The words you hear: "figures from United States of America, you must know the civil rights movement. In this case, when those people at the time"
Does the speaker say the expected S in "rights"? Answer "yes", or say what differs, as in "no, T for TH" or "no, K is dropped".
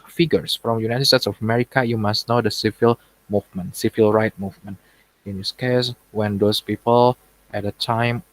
no, S is dropped